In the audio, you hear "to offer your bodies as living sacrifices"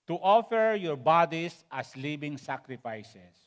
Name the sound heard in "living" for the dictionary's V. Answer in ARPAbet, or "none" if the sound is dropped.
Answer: B